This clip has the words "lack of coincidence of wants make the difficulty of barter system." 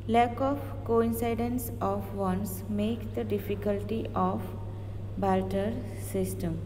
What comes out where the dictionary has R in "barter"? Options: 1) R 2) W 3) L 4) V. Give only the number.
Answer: 3